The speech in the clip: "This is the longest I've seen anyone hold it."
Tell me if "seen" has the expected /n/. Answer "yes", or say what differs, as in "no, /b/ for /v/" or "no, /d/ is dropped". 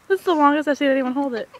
no, /n/ is dropped